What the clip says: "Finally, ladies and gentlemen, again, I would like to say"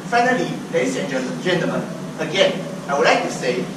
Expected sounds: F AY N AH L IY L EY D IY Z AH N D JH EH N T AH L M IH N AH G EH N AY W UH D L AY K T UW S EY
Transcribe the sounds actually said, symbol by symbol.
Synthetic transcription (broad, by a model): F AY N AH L IY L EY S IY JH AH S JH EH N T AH M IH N AH G EH N AY W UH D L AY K T UW S EY